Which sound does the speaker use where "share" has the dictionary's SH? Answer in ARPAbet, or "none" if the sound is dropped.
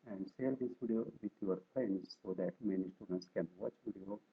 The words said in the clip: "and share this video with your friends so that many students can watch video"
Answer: S